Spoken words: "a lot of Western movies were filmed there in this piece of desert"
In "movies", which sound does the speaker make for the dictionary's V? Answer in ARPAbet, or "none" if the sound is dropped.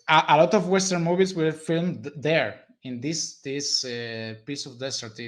B